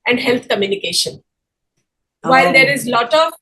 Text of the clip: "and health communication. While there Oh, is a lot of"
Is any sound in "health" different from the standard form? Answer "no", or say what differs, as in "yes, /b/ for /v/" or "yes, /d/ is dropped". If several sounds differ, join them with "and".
yes, /t/ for /θ/